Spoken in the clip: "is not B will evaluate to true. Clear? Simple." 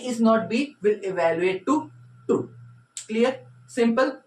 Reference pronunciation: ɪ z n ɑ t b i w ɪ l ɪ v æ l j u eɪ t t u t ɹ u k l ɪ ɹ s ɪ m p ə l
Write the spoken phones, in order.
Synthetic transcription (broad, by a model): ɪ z n ɑ t b i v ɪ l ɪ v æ l j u eɪ t t u t u k l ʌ ɹ s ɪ m p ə l